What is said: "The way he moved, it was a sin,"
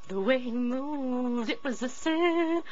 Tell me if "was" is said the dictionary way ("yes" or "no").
yes